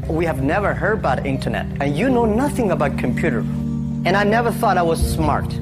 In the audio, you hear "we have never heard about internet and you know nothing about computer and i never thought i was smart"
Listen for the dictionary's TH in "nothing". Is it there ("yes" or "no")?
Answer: yes